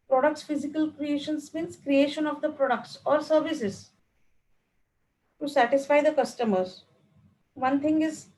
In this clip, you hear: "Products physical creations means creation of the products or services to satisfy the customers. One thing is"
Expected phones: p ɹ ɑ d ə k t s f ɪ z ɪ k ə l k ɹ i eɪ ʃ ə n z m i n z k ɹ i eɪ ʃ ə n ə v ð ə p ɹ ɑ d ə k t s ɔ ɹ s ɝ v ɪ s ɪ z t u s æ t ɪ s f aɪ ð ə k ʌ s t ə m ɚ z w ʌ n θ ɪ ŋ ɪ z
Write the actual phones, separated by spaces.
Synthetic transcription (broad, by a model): p ɹ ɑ d ə k t s f ɪ z ɪ k ə l k ɹ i eɪ ʃ ə n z m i n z k ɹ i eɪ ʃ ə n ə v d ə p ɹ ɑ d ə k t s ɔ ɹ s ɝ v ɪ s ɪ z t u s æ t ɪ s f aɪ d ə k ʌ s t ə m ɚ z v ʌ n t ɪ ŋ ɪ z